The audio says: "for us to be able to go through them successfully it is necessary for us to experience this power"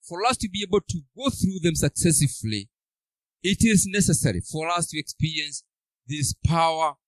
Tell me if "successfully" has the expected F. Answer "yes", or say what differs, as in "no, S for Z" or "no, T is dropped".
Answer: no, F is dropped